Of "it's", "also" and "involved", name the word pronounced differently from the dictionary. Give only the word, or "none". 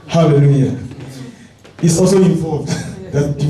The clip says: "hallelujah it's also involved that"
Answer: involved